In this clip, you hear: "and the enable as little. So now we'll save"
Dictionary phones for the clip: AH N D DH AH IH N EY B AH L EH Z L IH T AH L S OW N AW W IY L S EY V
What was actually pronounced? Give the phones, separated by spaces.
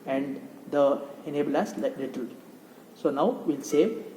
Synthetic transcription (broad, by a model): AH N D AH IH N EY B AH L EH S L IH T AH L S OW N AW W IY L S EY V